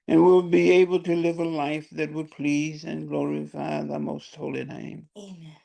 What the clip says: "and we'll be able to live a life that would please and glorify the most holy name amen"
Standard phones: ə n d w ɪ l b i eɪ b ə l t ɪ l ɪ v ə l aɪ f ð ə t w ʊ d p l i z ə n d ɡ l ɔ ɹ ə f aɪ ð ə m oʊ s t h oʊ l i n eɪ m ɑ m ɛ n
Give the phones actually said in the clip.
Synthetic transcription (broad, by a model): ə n w ɪ l b i eɪ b l t ɪ l ɪ v ə l aɪ f ð ə t w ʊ d p l i z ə n ɡ l ɔ ɹ ə f aɪ ð ə m oʊ s t h oʊ l i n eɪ ɑ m